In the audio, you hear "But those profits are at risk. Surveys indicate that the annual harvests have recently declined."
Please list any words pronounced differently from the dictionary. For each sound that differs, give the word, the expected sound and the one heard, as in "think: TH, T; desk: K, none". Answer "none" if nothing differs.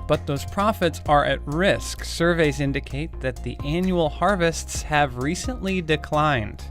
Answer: none